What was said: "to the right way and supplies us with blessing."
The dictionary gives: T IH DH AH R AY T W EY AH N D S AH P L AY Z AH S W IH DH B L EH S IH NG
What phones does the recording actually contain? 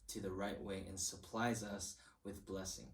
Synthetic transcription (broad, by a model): T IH DH AH R AY T W EY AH N S AH P L AY Z AH S W IH DH B L EH S IH NG